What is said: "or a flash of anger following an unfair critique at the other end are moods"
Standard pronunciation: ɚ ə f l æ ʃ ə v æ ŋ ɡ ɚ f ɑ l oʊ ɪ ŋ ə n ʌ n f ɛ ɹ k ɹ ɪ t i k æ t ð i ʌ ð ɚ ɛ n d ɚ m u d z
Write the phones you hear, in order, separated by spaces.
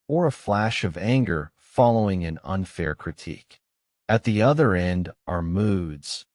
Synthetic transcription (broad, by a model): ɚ ə f l æ ʃ ə v æ ŋ ɡ ɚ f ɑ l oʊ ɪ ŋ ə n ʌ n f ɛ ɹ k ɹ ɪ t i k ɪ t ð i ʌ ð ɚ ɛ n d ɚ m u d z